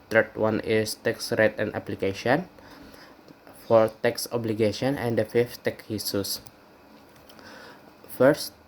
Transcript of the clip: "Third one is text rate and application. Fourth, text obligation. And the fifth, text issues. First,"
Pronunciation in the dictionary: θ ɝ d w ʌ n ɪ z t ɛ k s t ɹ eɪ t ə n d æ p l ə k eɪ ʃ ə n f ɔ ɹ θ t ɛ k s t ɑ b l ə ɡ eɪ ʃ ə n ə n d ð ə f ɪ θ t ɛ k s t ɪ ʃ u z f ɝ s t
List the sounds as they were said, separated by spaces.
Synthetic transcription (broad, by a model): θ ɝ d w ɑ n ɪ s t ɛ k s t ɹ eɪ t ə n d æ p l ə k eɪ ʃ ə n f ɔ ɹ t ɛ k s ɑ b l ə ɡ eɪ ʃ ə n ə n d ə f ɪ f t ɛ k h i s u s f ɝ s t